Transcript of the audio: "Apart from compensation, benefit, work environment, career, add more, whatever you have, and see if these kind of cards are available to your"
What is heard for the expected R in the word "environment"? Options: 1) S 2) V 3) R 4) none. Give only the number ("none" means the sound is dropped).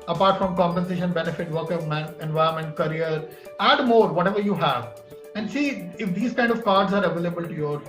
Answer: 4